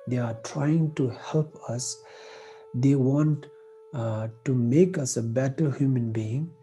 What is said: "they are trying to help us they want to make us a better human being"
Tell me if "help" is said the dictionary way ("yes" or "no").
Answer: yes